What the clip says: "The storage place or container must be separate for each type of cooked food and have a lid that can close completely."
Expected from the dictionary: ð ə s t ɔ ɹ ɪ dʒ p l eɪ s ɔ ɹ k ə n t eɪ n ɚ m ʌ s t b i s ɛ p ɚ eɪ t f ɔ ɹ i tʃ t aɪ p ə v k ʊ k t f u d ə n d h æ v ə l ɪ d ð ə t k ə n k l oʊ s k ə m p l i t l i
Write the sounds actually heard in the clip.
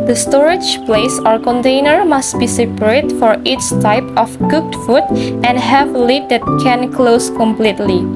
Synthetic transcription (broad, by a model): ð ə s t ɔ ɹ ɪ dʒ p l eɪ s ɔ ɹ k ə n t eɪ n ɚ m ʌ s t b i s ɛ p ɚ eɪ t f ɔ ɹ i s t aɪ p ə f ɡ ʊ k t f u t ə n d h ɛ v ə l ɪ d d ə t k ə n k l oʊ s k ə m p l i t l i